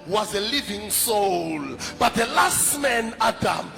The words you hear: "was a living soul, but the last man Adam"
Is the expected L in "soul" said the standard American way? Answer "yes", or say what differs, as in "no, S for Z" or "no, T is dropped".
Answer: yes